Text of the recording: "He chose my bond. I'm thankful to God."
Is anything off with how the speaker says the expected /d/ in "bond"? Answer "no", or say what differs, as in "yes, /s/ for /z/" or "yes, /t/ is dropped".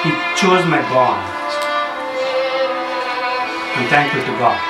yes, /d/ is dropped